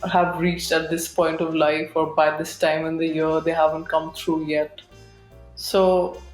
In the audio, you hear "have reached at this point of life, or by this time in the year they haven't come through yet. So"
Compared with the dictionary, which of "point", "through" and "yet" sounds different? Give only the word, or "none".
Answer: through